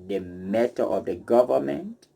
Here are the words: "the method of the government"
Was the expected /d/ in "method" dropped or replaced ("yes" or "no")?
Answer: yes